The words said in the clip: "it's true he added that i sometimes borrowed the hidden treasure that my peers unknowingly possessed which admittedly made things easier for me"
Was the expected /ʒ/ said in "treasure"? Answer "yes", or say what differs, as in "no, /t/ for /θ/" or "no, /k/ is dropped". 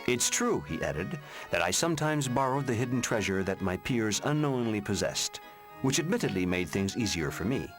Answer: yes